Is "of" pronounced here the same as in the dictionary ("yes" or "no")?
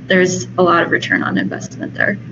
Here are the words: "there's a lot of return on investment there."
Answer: yes